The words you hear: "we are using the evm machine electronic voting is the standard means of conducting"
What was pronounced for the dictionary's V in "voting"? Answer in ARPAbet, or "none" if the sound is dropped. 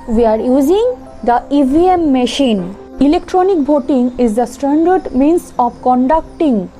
B